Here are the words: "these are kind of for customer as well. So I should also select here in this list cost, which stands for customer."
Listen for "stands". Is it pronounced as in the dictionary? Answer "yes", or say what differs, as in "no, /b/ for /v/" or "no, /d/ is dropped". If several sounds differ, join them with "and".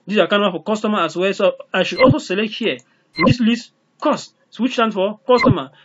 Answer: no, /z/ is dropped